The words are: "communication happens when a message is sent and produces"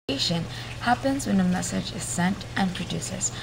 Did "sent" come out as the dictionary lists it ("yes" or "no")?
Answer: yes